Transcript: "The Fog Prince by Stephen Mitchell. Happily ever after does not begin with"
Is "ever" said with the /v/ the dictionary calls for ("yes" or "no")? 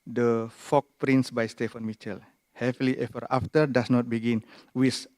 no